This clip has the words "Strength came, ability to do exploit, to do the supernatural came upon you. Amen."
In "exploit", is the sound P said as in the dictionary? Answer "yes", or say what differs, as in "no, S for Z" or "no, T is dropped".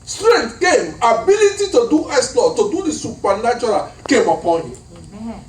no, P is dropped